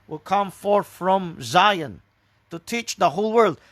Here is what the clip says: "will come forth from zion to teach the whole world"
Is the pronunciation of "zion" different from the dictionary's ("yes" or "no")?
no